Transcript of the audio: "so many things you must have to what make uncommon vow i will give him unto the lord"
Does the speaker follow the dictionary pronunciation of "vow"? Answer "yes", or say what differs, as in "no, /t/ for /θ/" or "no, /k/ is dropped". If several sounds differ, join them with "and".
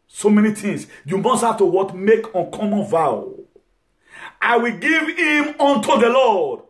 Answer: yes